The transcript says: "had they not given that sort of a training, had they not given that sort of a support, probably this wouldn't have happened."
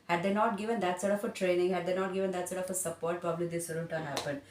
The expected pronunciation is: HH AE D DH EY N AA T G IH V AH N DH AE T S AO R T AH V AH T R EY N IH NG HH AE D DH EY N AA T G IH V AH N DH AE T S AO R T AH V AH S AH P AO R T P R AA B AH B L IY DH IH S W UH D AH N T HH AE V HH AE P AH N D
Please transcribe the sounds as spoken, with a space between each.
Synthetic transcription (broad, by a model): HH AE D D EY N AA T G IH V AH N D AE T S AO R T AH F AH T R EY N IH NG HH AE D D EY N AA T G IH V AH N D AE T S AO R T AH F AH S AH P AO R T P R AA B AH B L IY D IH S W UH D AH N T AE HH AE P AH N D